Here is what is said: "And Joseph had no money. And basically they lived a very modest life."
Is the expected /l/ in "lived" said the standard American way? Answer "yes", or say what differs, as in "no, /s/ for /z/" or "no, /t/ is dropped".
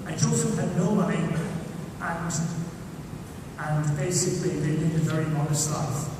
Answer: no, /n/ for /l/